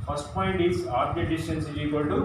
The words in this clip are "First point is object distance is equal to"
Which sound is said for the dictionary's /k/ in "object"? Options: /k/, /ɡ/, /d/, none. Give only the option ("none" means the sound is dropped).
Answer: none